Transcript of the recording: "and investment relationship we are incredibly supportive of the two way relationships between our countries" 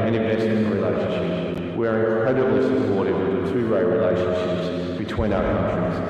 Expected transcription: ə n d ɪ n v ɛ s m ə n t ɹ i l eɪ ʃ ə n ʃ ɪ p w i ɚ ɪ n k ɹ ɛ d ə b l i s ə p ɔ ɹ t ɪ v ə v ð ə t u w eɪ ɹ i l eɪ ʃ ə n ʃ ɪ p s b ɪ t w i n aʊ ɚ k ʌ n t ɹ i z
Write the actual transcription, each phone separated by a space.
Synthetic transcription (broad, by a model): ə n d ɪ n v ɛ s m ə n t ɹ i l eɪ ʃ ə n ʃ ɪ p w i ɚ ɪ n k ɹ ɛ d ə b l i s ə p ɔ ɹ t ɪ w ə ð ə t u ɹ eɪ ɹ i l eɪ ʃ ə n ʃ ɪ p s b ɪ t w i n aʊ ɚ k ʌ n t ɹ i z